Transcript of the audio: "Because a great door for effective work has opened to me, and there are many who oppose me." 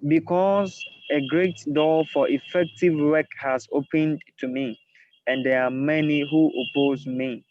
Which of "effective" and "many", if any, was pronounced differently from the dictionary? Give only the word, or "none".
none